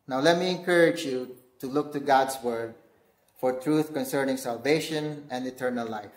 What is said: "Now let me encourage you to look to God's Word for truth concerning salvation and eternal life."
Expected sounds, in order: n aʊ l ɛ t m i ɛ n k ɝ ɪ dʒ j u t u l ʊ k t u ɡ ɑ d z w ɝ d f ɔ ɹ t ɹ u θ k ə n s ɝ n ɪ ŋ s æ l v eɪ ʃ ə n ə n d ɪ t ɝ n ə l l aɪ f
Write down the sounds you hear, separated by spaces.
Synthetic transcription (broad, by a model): n aʊ l ɛ t m i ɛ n k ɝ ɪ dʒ j u t u l ʊ k t u ɡ ɑ d s w ɝ d f ɔ ɹ t ɹ u θ k ə n s ɝ n ɪ ŋ s æ l v eɪ ʃ ə n ə n d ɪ t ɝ n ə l l aɪ f